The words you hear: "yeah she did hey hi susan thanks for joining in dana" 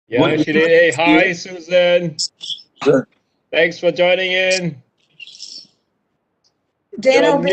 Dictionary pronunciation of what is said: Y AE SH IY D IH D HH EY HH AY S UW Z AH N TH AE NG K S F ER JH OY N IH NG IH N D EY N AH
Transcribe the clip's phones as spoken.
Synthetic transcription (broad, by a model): Y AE SH IY D IH D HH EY HH AY S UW Z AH N TH AE NG K S F ER JH OY N IH NG IH N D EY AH